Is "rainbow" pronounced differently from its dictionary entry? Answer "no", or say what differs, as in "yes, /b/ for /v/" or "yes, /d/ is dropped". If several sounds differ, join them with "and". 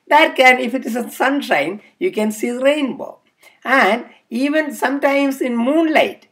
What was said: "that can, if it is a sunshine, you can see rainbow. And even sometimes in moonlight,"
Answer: no